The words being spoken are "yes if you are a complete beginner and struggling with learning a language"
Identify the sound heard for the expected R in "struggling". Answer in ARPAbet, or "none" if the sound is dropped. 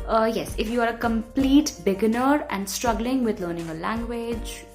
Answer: R